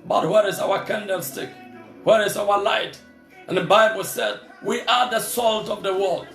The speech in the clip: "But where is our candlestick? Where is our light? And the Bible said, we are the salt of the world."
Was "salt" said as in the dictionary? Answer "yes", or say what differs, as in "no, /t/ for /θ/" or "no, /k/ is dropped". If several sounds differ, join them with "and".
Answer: yes